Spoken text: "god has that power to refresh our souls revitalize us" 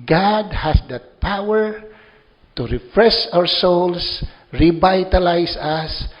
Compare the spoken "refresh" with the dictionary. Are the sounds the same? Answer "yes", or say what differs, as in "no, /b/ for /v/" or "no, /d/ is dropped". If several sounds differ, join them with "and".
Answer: no, /s/ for /ʃ/